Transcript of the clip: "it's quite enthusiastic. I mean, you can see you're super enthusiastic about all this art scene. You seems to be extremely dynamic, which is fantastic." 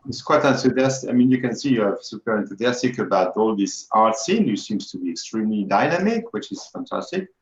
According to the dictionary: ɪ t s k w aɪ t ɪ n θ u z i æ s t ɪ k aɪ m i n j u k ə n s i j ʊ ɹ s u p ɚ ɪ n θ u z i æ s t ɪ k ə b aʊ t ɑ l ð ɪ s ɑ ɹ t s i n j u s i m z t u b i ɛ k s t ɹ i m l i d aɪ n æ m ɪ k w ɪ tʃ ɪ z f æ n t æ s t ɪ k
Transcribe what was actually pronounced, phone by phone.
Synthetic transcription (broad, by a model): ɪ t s k w aɪ t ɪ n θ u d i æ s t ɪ ɪ m i n j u k ə n s i j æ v s u p ɚ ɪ n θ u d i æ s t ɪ k ə b aʊ t ɑ l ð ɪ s ɑ ɹ t s i n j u s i m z t u b i ɛ k s t ɹ i m l i d aɪ n æ m ɪ k w ɪ tʃ ɪ z f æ n t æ s t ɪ k